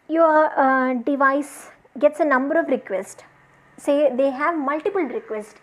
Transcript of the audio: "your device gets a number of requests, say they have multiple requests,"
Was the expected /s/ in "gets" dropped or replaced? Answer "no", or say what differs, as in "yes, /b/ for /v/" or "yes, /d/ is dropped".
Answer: no